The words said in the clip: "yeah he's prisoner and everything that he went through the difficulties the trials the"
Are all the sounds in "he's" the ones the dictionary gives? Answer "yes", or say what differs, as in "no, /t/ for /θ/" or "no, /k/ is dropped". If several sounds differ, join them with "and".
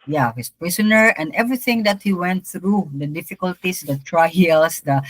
no, /s/ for /z/